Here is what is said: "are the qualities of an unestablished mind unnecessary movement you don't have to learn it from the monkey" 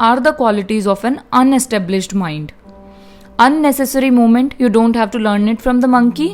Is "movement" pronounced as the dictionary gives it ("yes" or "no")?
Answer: no